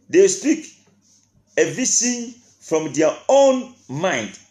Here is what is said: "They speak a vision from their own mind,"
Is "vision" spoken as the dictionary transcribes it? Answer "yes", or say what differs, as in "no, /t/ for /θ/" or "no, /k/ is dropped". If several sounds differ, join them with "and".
no, /s/ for /ʒ/